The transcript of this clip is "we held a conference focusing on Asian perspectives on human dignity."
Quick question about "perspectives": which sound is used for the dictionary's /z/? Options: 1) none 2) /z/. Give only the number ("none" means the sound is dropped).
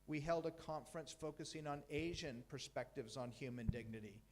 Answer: 2